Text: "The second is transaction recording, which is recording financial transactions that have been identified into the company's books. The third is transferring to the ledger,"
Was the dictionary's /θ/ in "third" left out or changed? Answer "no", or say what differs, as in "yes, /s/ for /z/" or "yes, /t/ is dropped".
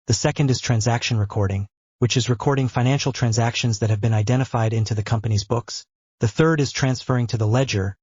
no